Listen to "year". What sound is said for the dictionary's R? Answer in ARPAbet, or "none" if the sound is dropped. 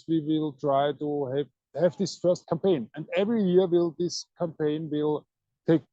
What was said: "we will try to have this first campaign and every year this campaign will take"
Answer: L